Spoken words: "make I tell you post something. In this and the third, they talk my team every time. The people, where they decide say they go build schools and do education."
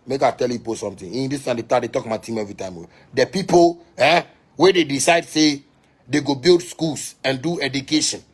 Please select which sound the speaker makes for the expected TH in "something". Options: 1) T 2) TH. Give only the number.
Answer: 1